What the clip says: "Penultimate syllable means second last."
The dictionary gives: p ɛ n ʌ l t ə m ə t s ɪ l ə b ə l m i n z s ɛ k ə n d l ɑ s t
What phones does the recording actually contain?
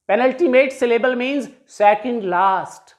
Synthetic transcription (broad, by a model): p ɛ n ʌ l t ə m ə t s ɪ l ə b ə l m i n z s ɛ k ə n d l ɑ s t